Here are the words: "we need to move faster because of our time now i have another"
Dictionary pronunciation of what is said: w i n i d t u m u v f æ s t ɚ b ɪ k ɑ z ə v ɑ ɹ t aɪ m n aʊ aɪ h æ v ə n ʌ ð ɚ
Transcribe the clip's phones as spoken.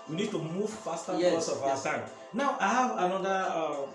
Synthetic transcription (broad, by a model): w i n i d t u m u v f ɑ s t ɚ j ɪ ɑ s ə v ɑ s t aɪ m n aʊ aɪ h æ v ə n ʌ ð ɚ